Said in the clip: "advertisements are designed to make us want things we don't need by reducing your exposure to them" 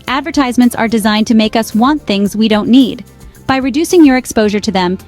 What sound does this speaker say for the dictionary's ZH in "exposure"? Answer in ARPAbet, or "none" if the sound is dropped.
ZH